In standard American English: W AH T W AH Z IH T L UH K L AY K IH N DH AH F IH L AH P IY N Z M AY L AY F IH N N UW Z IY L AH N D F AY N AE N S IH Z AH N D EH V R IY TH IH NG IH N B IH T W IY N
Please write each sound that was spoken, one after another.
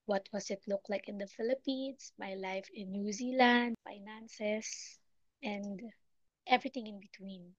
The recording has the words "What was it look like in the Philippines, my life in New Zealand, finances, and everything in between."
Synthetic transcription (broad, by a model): W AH T W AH S IH T L UH K L AY K IH N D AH F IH L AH P IY N S M AY L AY F IH N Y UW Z IY L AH N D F AY N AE N S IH S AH N D EH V R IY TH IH NG IH N B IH T W IY N